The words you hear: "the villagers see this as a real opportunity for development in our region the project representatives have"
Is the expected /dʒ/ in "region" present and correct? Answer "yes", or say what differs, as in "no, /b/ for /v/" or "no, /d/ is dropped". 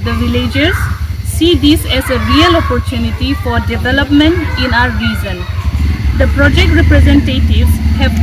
no, /z/ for /dʒ/